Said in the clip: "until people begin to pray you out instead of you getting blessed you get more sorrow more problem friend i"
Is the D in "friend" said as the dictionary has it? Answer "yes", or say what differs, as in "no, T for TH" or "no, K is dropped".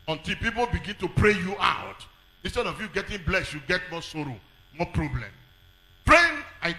no, D is dropped